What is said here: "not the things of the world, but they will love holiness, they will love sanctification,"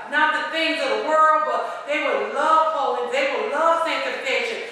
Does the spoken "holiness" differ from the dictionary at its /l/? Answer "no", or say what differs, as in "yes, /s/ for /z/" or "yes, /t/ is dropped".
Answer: yes, /l/ is dropped